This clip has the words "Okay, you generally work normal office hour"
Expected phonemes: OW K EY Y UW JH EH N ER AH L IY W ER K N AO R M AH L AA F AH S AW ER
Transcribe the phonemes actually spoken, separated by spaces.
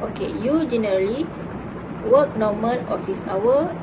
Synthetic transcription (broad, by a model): OW K EY Y UW JH EH N ER AH L IY W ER K N AO M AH N AA F AH S AW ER